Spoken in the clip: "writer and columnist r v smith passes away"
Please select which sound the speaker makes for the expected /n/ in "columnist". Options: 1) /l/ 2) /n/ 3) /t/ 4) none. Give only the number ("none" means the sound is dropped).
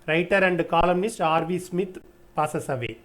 2